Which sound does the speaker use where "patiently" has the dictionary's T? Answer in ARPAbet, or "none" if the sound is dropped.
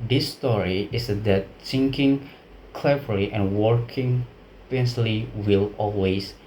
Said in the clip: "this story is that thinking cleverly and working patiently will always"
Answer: S